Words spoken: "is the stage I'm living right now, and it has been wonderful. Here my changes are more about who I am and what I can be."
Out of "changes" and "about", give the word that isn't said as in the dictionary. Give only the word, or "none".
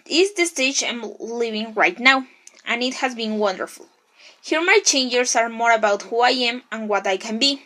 changes